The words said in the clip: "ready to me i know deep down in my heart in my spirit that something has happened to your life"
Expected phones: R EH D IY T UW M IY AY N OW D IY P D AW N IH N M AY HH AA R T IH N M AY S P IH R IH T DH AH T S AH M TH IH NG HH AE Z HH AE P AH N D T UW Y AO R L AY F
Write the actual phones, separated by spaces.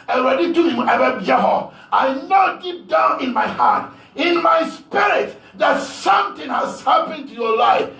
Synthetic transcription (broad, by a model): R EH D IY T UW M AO AY N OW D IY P D AW N IH N M AY HH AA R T IH N M AY S P IH R IH T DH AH T S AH M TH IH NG HH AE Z HH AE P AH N T UW Y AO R L AY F